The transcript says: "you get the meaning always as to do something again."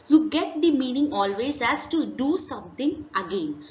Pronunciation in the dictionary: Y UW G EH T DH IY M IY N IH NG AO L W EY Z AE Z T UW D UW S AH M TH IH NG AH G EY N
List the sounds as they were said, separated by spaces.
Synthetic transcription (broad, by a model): Y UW G EH T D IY M IY N IH NG AO L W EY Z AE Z T UW D UW S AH M T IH NG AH G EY N